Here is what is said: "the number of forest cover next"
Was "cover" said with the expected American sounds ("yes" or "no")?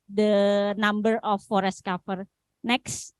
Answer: no